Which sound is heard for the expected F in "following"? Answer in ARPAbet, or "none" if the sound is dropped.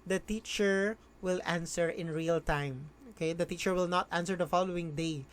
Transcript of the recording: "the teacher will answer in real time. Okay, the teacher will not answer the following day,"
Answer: F